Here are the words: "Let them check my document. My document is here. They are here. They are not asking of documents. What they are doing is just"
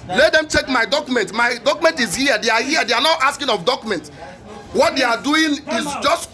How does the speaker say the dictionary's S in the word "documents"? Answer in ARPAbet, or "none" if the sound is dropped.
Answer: none